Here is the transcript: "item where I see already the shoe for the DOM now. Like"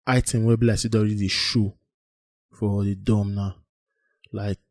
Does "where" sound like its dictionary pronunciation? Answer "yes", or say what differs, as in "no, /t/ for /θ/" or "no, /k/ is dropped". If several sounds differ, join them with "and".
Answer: no, /l/ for /ɹ/